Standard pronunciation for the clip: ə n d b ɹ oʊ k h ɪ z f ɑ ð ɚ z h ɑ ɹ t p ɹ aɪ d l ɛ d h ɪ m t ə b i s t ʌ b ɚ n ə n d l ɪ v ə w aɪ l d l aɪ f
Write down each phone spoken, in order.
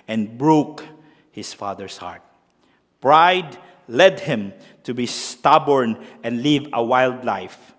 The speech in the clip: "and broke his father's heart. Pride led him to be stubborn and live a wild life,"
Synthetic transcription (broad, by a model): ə n b ɹ oʊ k h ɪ s f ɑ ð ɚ s h ɑ ɹ t p ɹ aɪ d l ɛ d h ɪ m t ə b i s t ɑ b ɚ n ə n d l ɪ v ə w aɪ l d l aɪ f